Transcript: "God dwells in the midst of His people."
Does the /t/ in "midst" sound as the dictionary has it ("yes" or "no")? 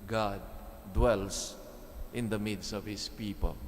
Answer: no